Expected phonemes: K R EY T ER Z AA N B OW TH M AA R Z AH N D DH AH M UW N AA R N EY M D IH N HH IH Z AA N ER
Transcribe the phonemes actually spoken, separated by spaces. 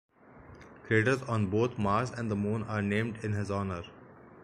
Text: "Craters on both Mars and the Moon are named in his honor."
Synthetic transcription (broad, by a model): K R EY T ER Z AA N B OW T M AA R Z AH N D AH M UW N AA R N EY M D IH N HH IH Z AA N ER